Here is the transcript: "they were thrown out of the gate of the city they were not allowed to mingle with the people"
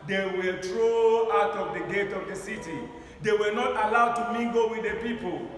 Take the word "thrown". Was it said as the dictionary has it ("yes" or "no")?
no